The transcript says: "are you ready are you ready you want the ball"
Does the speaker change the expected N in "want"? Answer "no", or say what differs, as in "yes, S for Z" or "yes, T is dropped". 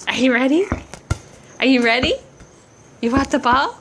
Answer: yes, N is dropped